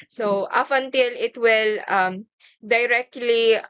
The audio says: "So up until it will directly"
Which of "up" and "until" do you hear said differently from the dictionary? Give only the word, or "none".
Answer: up